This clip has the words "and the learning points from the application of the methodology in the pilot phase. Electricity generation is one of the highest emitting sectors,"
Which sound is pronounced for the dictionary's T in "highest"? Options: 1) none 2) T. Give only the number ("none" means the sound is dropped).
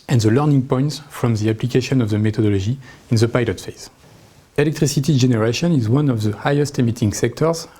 2